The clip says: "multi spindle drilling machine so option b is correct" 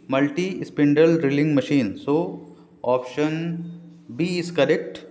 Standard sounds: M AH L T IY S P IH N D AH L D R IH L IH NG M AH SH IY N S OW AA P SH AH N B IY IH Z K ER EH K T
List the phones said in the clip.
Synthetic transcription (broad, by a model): M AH L T IY S P IH N D AH L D R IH L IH NG M AH SH IY N S OW AA P SH AH N B IY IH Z K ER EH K T